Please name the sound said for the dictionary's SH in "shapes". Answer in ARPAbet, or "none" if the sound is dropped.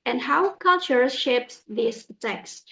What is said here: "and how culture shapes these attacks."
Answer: SH